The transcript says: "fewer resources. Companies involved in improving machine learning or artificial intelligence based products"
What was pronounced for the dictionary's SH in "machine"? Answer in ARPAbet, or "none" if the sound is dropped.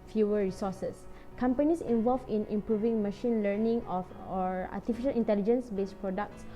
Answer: SH